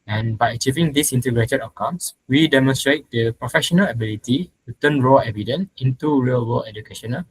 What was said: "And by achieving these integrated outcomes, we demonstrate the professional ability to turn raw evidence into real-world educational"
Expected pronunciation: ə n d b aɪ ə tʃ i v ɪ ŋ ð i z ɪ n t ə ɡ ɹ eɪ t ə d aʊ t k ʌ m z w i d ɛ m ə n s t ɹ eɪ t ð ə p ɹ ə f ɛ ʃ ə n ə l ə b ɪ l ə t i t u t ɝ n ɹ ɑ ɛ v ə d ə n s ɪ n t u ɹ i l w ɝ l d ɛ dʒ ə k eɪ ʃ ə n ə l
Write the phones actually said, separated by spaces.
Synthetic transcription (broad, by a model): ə n b aɪ ə tʃ i v ɪ ŋ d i s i n t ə ɡ ɹ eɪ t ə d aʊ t k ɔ m s w i d ɛ m ə n s t ɹ eɪ t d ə p ɹ ə f ɛ ʃ ə n ə l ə b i l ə t i t u t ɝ n ɹ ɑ ɛ v ə d ə n s ɪ n t u ɹ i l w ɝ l ɛ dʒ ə k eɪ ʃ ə n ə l